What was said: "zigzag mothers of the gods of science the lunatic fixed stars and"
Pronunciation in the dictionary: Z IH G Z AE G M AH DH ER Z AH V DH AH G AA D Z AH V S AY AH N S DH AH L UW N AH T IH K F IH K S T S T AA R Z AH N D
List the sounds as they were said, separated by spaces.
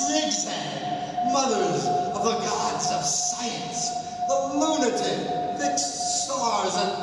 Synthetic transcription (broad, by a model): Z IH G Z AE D M AH DH ER Z AH V DH AH G AA D Z AH V S AY AH N S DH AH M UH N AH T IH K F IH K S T S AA R Z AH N